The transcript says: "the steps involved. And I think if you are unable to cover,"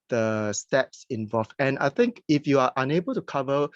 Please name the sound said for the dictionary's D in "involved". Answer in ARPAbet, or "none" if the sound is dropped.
none